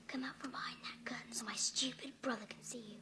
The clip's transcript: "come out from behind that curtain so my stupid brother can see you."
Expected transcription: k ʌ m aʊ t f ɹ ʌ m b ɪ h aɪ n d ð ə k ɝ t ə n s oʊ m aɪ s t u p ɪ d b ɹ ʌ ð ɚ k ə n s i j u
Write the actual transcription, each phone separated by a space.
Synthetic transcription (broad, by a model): k ʌ m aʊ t f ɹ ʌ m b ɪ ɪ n ð ə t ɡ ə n s oʊ m aɪ s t u p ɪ d b ɹ ʌ ð ɚ k n s i j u